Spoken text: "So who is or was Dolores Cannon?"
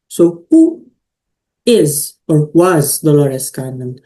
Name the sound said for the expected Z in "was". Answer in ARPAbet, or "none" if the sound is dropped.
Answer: Z